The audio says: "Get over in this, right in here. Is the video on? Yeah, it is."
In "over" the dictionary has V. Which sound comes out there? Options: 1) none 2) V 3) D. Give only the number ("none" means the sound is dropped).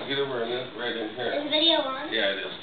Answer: 1